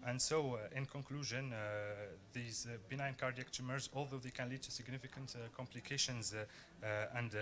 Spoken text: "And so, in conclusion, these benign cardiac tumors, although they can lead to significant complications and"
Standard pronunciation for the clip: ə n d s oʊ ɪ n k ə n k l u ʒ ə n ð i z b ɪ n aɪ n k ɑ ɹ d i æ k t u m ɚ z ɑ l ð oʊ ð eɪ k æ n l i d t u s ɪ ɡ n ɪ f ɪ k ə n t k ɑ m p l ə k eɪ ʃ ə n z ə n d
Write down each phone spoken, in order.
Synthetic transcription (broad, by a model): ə n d s oʊ ɪ n k ə n k l u ʒ ə n ð i z b ɪ n aɪ n k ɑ ɹ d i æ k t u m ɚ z ɑ l ð oʊ ð eɪ k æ n l i d t u s ɪ ɡ n ɪ f ɪ k ə n t k ɑ m p l ə k eɪ ʃ ə n z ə n d